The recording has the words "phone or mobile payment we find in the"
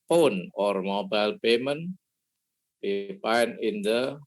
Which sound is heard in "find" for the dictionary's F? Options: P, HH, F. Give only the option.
P